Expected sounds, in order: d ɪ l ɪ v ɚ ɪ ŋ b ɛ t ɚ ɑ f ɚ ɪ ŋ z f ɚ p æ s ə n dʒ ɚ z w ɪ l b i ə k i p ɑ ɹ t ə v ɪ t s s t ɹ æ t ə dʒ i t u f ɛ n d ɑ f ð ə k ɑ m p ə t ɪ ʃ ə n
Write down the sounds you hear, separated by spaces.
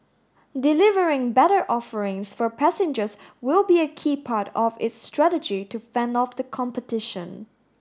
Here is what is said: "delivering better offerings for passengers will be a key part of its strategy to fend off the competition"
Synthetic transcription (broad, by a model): d ɪ l ɪ v ɚ ɪ ŋ b ɛ t ɚ ɑ f ɚ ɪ ŋ s f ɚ p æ s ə n dʒ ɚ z w ɪ l b i ə k i p ɑ ɹ t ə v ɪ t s s t ɹ æ t ə dʒ i t u f ɛ n d ɑ f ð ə k ɑ m p ə t ɪ ʃ ə n